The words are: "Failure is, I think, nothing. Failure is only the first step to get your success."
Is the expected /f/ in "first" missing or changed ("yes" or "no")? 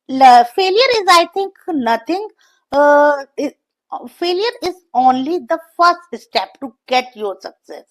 no